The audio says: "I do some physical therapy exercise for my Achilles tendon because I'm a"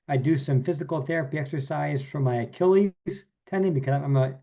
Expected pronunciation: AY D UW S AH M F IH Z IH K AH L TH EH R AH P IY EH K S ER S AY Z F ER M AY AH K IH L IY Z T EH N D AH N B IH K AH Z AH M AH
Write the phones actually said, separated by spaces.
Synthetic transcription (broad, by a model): AY D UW S AH M F IH Z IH K L TH EH R AH P IY EH K S ER S AY Z F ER M AY AH K IH L IY Z T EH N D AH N B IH K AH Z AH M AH